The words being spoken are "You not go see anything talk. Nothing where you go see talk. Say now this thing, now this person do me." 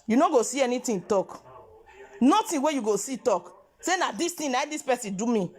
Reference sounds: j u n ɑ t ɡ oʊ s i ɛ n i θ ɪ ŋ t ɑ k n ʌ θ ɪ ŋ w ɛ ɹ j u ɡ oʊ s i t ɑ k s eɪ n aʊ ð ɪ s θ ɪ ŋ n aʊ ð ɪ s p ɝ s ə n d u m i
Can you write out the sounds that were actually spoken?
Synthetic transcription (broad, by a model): j u n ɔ ɡ oʊ s i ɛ n i t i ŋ t ɑ k n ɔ t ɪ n w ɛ j u ɡ oʊ s i t ɑ k s eɪ n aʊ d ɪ s t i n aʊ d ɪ s p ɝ s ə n d u m i